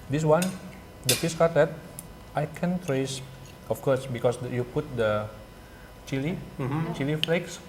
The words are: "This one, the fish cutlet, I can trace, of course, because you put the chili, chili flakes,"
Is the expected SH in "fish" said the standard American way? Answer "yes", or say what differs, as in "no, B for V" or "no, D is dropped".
no, S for SH